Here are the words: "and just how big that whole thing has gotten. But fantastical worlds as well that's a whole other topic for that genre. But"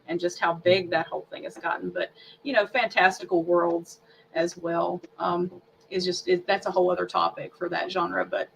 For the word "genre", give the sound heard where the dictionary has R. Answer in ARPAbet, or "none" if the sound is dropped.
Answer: R